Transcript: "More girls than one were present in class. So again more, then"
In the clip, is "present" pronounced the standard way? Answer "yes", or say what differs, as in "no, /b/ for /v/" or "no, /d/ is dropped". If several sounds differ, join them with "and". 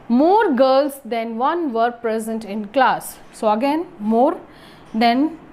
yes